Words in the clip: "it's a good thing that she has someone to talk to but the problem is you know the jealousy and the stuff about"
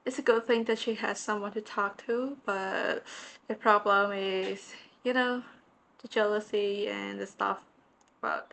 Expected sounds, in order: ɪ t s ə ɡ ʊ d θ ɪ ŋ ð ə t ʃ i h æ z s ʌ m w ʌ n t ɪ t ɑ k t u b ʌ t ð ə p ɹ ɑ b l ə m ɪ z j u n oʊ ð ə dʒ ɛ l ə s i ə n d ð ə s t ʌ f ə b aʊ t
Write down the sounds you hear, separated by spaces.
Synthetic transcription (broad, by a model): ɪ t s ə ɡ ʊ d θ ɪ ŋ ð ə t ʃ i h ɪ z s ʌ m w ʌ n t ɪ t ɑ k t u b ʌ t ð ə p ɹ ɑ b l ə m ɪ z j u n oʊ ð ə dʒ ɛ l ə s i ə n ð ə s t ʌ f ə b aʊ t